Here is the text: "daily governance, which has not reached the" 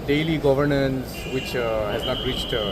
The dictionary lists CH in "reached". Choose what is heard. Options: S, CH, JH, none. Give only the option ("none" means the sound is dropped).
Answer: CH